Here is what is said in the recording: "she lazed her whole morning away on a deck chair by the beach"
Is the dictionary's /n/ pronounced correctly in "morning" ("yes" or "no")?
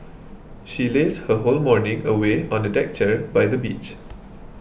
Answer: yes